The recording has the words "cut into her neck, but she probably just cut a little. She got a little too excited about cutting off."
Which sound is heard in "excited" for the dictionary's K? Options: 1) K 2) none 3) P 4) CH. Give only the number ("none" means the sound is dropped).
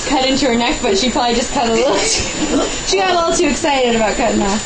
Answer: 1